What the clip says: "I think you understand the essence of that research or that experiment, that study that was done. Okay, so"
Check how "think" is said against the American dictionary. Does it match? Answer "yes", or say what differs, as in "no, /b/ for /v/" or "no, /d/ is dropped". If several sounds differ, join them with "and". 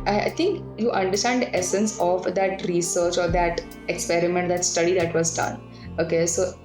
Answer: no, /t/ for /θ/